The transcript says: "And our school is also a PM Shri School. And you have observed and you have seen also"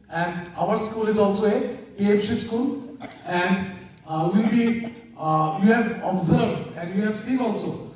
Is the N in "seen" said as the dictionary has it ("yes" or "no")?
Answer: no